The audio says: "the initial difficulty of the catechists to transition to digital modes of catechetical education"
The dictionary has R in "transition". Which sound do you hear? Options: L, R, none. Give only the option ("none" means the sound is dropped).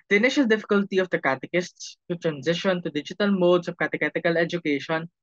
R